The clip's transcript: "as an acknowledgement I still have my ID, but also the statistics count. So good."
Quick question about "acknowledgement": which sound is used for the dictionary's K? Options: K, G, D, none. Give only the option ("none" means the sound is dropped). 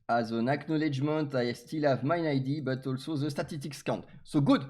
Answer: K